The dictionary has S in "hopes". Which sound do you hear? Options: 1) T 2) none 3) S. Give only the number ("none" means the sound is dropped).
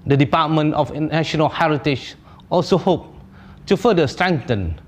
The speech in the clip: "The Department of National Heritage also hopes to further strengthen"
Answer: 2